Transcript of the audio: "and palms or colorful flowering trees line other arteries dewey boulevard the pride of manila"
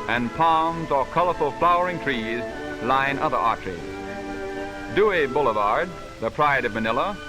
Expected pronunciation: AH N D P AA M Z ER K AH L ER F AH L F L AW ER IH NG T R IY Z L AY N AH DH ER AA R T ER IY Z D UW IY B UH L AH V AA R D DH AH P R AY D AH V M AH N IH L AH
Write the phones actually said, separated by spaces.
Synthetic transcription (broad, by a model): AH N P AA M Z ER K AH L ER F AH L F L AW ER IH NG T R IY Z L AY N AH DH ER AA R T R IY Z D UW IY B UH L AH V AA R D DH AH P R AY D AH V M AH N IH L AH